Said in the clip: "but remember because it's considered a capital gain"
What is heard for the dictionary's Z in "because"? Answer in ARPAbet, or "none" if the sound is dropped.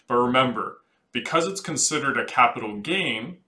Z